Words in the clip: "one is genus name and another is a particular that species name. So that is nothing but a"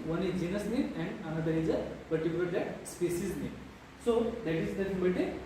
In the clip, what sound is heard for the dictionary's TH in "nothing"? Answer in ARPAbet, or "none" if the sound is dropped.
S